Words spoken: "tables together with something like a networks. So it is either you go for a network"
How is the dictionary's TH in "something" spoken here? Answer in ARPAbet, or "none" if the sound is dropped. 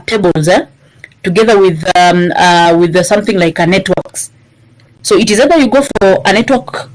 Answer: TH